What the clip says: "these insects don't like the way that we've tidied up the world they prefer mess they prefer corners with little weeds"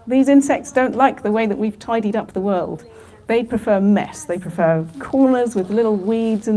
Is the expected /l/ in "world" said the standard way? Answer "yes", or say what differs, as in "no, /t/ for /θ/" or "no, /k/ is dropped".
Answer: yes